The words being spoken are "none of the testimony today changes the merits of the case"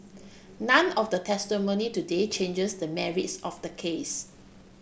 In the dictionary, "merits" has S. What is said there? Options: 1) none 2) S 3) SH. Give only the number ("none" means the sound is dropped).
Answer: 2